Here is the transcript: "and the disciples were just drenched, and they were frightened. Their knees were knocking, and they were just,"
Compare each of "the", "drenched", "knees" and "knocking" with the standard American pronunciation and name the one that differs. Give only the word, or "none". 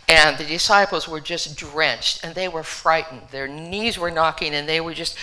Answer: none